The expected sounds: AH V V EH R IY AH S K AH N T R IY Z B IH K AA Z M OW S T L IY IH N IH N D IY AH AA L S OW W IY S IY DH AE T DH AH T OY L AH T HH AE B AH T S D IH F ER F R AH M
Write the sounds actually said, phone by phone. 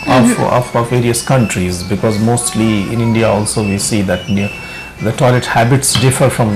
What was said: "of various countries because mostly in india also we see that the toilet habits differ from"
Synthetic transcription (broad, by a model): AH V V EH R IY AH S K AH N T R IY Z B IH K AA Z M OW S T L IY IH N IH N D IY AH AA L S OW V IY S IY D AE T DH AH T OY L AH T HH AE B AH T S D IH F ER F R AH M